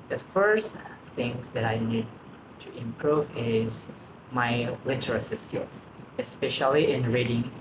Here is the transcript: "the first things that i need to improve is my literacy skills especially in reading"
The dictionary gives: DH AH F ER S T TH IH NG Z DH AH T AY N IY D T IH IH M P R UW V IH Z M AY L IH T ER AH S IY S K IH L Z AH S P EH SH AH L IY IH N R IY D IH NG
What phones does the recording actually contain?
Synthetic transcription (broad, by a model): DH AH F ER S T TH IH NG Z DH AH T AY N IY D T IH IH M P R UW V IH Z M AY L IH T ER AH S IY S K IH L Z AH S P EH SH AH L IY IH N R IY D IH NG